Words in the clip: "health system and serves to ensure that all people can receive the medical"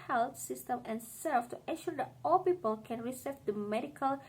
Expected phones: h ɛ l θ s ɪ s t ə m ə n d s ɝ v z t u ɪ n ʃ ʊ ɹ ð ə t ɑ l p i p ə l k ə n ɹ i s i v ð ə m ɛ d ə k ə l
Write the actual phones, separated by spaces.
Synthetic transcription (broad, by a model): h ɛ l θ s ɪ s t ə m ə n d s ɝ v t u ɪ ʃ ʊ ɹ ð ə t ɑ l p i p ə l k ə n ɹ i s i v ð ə m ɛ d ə k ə l